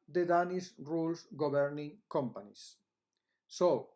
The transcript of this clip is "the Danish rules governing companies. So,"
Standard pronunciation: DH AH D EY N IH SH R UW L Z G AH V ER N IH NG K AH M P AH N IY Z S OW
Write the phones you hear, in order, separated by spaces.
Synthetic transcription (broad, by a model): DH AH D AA N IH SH R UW L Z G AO B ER N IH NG K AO M P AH N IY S OW